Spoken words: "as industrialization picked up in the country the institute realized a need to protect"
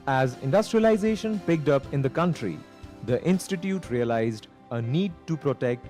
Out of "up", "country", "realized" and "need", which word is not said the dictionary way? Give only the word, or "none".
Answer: none